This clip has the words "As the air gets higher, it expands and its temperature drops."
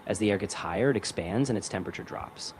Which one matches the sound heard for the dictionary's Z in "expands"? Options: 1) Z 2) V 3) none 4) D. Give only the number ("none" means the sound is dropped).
1